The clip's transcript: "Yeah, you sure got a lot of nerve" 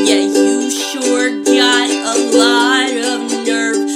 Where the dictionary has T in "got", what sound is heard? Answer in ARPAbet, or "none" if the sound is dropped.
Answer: none